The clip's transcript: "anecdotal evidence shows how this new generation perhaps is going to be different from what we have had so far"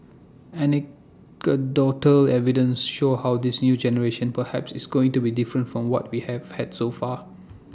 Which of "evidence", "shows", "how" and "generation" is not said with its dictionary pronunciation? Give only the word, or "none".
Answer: shows